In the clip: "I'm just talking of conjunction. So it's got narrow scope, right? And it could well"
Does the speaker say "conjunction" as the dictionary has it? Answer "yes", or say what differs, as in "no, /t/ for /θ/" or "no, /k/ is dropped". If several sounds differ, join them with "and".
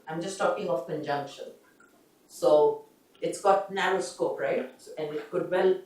yes